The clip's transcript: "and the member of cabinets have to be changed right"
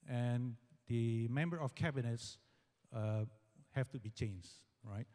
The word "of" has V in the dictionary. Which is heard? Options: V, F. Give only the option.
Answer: F